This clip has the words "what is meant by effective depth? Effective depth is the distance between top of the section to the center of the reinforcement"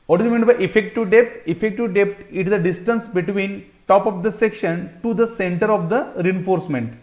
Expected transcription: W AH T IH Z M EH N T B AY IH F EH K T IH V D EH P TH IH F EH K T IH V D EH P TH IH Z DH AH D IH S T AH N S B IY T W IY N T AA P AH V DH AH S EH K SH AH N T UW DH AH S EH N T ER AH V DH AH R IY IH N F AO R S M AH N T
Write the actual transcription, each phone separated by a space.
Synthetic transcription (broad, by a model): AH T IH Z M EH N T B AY IH F EH K T IH V D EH P T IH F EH K T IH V D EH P T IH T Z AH D IH S T AH N S B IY T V IY N T AA P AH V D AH S EH K SH AH N T UW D AH S EH N T ER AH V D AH R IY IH N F AO R S M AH N T